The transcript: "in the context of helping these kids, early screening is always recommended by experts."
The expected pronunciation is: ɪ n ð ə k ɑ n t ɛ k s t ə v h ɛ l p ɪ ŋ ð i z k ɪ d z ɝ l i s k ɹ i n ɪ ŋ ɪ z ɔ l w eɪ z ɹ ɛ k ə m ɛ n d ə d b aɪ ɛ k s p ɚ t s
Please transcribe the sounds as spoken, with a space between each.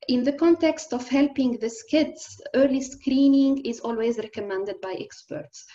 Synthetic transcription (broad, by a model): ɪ n ð ə k ɑ n t ɛ k s t ə v h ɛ l p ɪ ŋ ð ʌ s k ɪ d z ɝ l i s k ɹ i n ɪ ŋ ɪ z ɔ l w eɪ z ɹ ɛ k ə m ɛ n d ə d b aɪ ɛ k s p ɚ t s